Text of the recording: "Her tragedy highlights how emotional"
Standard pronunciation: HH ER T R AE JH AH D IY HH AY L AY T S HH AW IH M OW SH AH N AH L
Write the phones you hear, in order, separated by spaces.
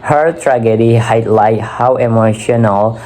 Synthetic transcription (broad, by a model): HH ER T R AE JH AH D IY HH AY L AY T HH AW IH M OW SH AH N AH L